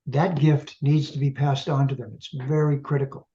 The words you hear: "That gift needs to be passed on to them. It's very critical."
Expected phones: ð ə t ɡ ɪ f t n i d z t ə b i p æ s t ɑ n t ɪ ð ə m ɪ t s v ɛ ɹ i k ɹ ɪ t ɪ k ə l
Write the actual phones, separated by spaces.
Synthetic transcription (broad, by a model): ð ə t ɡ ɪ f t n i d z t ə b i p æ s t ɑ n t ɪ ð ə m ɪ t s v ɛ ɹ i k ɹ ɪ t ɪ k l